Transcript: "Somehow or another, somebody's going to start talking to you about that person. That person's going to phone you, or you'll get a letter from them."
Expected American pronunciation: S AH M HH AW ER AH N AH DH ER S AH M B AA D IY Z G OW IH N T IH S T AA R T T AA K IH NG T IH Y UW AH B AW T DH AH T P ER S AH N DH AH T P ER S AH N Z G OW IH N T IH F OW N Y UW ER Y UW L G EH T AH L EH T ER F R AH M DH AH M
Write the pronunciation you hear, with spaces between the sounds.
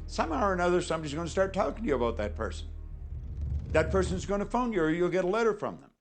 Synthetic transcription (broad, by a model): S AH M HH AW ER AH N AH DH ER S AH M B AA D IY Z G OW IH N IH S T AA R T T AA K IH NG T IH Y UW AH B AW T DH AH T P ER S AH N DH AH T P ER S AH N Z G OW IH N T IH F OW N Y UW ER Y UW L G EH T AH L EH T ER F R AH M DH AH M